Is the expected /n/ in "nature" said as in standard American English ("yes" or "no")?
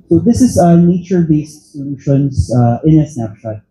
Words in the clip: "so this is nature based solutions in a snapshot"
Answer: yes